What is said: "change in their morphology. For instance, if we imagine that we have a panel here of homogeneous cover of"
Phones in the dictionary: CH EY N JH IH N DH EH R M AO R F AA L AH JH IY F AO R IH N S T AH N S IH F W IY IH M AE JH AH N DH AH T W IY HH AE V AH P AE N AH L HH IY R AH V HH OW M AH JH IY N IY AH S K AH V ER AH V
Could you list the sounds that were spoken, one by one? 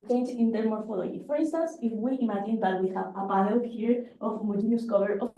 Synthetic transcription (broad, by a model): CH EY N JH IH N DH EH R M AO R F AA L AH IY F AO R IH N S T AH N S IH F W IY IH M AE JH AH N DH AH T W IY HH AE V AH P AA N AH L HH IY R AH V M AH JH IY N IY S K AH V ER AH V